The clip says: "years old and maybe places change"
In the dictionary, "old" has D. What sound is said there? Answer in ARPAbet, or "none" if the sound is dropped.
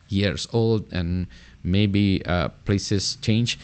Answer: D